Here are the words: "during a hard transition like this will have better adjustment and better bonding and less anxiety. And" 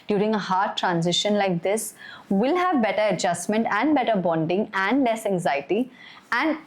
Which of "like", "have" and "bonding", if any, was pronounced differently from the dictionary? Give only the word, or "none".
none